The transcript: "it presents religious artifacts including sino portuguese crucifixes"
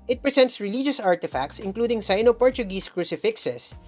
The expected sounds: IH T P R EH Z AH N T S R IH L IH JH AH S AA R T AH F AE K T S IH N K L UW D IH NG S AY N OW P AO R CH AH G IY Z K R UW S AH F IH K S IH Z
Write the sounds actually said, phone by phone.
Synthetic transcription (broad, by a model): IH T P R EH S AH N T S R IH L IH JH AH S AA R T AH F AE K T S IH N K L UW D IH NG S AY N OW P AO R CH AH G IY S K R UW S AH F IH K S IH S